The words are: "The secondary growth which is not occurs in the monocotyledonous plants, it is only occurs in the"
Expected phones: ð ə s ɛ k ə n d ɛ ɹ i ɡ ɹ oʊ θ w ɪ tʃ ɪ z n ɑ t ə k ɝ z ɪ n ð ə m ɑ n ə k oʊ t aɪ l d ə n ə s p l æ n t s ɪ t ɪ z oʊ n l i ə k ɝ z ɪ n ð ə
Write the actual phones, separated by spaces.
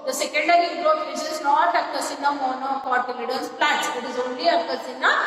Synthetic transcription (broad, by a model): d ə s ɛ k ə n d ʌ ɹ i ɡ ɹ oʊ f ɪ s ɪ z n ɑ t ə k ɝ s ɪ n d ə m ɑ n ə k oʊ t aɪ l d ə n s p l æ t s ɪ t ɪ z oʊ n l i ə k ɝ s ɪ n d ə